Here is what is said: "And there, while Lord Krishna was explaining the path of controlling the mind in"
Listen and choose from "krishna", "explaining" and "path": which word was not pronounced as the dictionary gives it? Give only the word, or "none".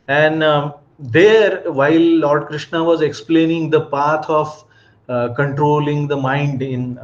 path